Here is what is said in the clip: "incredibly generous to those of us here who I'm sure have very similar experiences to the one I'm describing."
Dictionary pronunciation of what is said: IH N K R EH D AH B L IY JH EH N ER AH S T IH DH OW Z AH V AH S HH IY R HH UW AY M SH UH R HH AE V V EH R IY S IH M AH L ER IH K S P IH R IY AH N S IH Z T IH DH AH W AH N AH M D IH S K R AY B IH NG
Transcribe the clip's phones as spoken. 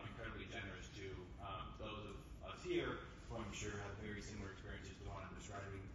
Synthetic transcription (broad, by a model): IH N K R EH D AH B L IY JH EH N ER AH S T IH DH OW Z AH V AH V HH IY R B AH AY M SH UH R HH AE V V EH R IY S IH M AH L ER IH K S P IH R IY AH N S IH Z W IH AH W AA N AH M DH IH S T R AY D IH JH